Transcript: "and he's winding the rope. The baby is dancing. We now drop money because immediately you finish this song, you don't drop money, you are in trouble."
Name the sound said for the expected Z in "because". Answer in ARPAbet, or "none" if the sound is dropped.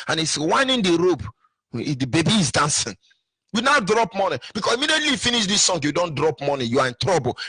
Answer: S